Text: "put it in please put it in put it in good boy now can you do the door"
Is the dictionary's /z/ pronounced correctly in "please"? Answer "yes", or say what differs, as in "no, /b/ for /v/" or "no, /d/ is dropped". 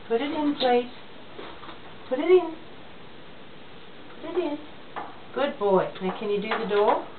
no, /s/ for /z/